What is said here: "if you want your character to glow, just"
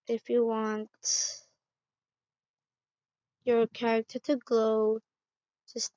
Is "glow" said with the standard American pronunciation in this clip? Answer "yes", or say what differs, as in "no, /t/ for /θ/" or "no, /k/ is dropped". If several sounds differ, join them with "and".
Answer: yes